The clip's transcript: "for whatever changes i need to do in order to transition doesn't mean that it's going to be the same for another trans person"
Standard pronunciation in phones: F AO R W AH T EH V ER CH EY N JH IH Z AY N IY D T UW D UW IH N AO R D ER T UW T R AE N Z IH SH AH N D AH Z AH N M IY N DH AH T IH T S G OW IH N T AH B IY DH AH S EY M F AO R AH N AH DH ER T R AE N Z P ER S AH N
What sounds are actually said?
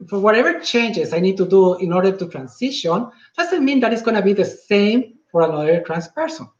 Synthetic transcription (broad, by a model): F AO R W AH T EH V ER CH EY N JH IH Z AY N IY D T UW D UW IH N AO R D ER T UW T R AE N S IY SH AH N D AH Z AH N M IY N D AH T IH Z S G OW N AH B IY DH AH S EY M F AO R AH N AH DH ER T R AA N S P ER S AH N